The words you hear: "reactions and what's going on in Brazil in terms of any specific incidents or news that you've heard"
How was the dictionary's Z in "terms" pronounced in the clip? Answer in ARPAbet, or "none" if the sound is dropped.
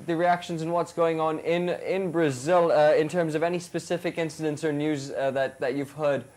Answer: Z